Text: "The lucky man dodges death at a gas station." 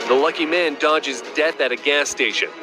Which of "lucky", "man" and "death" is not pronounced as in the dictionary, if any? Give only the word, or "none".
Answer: none